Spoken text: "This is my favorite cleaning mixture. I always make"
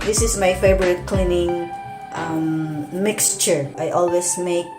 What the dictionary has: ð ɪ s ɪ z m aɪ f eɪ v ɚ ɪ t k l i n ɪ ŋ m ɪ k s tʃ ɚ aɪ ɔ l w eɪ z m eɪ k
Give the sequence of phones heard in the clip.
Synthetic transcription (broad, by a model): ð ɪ s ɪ s m aɪ f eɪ b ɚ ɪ t k l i n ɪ ŋ m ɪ k s tʃ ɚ aɪ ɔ l w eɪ s m eɪ k